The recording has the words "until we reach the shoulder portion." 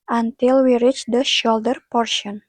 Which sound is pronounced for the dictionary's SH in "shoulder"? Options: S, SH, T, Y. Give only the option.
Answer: SH